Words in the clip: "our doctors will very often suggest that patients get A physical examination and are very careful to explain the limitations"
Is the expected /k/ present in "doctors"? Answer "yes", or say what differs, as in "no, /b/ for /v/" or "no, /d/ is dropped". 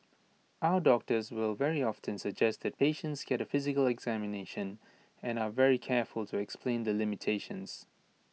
yes